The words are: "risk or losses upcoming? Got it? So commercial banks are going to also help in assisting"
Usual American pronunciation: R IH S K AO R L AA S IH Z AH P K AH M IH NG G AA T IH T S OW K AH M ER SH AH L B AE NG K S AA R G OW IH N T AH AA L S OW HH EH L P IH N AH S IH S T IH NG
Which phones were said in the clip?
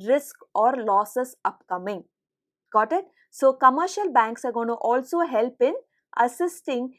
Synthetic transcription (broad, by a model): R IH S K AO R L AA S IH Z AH P K AH M IH NG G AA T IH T S OW K AH M ER SH AH L B AE NG K S AA R G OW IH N T AA L S OW HH EH L P IH N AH S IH S T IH NG